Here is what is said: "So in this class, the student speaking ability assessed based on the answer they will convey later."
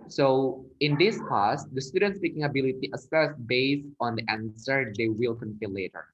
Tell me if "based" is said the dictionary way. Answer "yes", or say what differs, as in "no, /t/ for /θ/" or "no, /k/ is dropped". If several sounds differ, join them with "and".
no, /t/ is dropped